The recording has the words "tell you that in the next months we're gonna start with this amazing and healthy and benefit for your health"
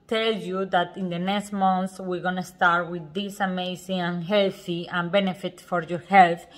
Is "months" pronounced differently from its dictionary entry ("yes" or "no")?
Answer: yes